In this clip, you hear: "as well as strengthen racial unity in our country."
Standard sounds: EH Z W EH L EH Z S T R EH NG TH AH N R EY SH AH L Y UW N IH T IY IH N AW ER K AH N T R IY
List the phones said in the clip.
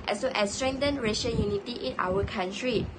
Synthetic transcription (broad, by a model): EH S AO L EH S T R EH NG T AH N R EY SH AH N Y UW N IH T IY IH N AW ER K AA N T R IY